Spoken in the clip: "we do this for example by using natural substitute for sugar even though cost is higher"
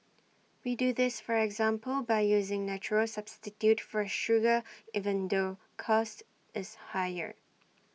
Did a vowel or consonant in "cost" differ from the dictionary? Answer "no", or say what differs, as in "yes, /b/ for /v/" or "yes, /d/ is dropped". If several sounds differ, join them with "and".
no